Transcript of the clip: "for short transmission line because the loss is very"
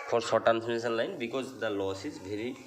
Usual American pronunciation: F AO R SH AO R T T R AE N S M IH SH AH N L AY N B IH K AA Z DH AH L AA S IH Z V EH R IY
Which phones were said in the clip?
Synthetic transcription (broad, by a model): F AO R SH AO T T AE N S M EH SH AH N L AY N B IH K AA Z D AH L AA S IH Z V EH R IY